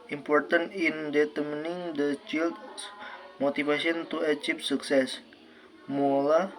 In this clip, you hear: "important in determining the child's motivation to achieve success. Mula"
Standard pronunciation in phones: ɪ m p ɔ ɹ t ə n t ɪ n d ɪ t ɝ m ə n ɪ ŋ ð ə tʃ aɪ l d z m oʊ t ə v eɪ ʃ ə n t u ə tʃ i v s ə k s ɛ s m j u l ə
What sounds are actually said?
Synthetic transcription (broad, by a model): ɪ m p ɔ ɹ t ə n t ɪ n d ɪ t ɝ m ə n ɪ ŋ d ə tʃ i l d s m oʊ t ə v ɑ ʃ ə n t u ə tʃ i p s ə k s ɛ s m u l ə